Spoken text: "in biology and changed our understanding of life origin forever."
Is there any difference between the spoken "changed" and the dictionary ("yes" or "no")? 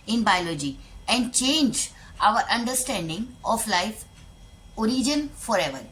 yes